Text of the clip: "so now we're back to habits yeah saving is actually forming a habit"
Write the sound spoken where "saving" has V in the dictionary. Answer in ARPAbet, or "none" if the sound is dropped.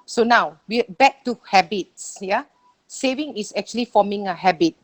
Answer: V